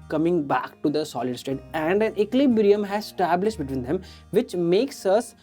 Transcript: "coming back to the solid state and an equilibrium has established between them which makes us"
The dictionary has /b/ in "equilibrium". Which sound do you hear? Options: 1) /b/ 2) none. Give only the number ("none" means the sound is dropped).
2